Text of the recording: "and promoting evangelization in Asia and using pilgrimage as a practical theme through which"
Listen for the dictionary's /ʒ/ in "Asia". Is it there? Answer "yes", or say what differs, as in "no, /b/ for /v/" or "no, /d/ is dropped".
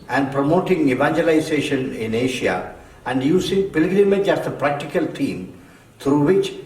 no, /ʃ/ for /ʒ/